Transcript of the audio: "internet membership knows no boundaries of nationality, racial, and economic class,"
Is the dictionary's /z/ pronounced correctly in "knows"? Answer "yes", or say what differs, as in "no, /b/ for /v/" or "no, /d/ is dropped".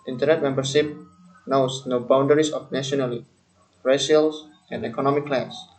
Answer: no, /s/ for /z/